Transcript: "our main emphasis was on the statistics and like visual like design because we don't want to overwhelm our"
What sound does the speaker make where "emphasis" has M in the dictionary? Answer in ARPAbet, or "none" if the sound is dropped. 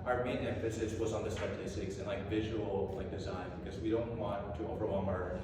none